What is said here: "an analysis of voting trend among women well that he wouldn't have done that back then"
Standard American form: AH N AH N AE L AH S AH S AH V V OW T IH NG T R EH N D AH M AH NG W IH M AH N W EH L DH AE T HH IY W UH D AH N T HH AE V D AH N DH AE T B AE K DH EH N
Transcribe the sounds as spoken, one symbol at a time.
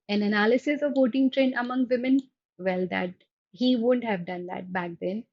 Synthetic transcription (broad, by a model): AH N AH N AE L AH S AH S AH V V OW T IH NG T R EH N AH M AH NG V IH M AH N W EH L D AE T HH IY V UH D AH N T HH AE V D AH N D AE T B AE K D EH N